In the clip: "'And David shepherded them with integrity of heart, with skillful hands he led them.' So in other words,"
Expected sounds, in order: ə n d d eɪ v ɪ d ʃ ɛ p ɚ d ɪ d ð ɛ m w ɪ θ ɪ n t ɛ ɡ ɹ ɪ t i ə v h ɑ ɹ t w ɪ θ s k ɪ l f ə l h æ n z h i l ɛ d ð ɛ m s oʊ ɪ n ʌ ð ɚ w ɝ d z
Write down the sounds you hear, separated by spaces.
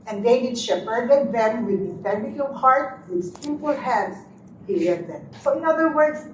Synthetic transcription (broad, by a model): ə n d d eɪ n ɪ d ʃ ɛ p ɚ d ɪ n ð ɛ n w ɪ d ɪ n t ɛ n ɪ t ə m h ɑ ɹ t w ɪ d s ɪ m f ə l h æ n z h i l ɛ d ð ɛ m s oʊ ɪ n ʌ ð ɚ w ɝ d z